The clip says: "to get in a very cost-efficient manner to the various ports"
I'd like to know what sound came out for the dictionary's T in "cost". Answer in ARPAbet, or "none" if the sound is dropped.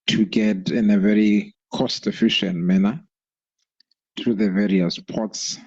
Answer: T